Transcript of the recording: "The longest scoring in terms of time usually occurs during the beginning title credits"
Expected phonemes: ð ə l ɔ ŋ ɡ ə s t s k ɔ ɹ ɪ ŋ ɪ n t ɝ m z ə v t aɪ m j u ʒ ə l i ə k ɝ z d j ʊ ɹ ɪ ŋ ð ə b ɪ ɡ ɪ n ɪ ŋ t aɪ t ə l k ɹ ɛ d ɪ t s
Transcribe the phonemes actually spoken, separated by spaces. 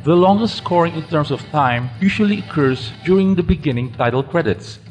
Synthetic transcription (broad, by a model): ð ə l ɔ ŋ ɡ ə s t s k ɔ ɹ ɪ ŋ ɪ n t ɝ m s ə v t aɪ m j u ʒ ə l i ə k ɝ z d j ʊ ɹ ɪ ŋ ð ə b ɪ ɡ ɪ n ɪ ŋ t aɪ t ə l k ɹ ɛ d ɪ t s